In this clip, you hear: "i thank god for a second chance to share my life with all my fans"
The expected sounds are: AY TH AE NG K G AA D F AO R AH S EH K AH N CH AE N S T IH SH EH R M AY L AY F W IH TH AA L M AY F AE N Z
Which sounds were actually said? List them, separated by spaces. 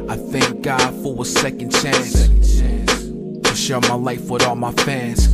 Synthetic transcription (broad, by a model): AY TH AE NG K G AA D F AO W AH S EH K AH N CH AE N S T IH SH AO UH M AY L AY F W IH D AA L M AY F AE N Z